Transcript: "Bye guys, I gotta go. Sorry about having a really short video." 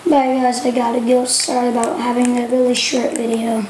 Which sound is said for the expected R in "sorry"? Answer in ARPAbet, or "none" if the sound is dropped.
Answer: R